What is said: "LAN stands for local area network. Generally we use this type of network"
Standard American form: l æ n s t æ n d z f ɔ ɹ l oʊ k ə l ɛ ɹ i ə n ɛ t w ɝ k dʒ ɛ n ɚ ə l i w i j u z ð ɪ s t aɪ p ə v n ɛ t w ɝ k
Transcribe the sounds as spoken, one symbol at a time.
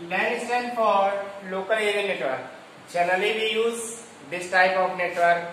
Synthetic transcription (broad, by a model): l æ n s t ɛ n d f ɔ ɹ l oʊ k ə l ɛ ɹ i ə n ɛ t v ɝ k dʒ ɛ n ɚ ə l i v i j u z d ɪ s t aɪ p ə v n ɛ t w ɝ k